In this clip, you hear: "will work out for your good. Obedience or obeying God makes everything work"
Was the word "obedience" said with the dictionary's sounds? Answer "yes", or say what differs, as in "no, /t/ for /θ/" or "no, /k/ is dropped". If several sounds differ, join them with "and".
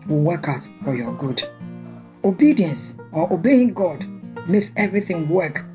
yes